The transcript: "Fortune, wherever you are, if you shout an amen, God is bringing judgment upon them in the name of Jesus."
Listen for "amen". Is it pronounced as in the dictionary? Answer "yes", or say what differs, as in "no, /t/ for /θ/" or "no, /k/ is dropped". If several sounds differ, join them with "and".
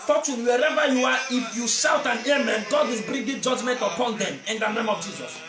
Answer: yes